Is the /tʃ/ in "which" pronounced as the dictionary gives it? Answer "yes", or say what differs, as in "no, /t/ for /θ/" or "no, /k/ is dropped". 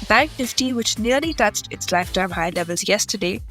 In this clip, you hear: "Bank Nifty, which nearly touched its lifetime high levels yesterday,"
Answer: yes